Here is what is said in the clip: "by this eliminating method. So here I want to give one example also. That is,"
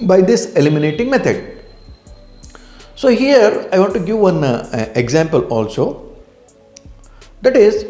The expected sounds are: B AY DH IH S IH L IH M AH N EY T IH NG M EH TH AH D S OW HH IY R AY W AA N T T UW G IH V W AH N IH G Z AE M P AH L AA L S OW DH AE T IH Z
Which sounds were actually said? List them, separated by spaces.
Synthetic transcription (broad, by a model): B AY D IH S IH L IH M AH N EY T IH NG M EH T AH D S OW HH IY R AY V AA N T T UW G IH V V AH N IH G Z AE M P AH L AA L S OW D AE T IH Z